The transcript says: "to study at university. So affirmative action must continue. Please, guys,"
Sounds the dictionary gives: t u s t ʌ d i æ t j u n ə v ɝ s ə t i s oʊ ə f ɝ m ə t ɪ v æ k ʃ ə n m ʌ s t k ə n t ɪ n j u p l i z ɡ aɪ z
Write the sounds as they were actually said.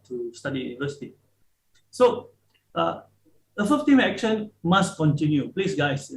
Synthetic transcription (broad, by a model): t u s t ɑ d i j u n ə v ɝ s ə t i s oʊ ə f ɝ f t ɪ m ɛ k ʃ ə n m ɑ s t k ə n t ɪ n j u p l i s ɡ aɪ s